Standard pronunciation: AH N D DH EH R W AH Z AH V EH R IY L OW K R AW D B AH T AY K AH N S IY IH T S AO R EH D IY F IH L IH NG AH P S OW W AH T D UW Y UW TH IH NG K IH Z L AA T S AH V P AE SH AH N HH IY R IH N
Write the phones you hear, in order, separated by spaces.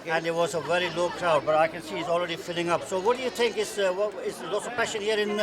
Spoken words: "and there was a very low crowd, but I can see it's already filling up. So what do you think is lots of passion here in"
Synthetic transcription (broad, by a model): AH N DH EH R W AH Z AH V EH R IY L OW K R AW D B AH T AY K AH N S IY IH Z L R EH D IY F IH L IH NG AH P S OW W AH T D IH Y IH TH IH NG K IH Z L AA T S AH V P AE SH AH N HH IY R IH N